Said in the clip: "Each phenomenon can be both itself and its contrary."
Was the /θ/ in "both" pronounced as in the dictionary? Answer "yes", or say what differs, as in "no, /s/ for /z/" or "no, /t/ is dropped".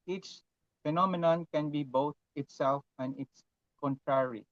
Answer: no, /t/ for /θ/